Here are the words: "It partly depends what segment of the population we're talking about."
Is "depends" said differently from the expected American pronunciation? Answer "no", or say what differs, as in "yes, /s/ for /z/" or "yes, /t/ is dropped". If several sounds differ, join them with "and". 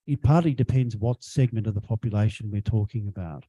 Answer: no